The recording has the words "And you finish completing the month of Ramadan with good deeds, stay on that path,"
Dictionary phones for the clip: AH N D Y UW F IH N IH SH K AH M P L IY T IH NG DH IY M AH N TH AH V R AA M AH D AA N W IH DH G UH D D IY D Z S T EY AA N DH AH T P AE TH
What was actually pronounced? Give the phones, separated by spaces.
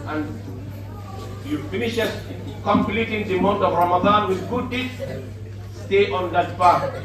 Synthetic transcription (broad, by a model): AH N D Y UW F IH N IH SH K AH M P L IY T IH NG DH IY M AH N T AH V R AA M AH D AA N W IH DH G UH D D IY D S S T EY AA N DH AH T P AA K